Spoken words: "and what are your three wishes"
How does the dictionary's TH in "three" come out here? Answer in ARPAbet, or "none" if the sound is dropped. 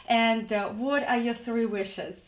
TH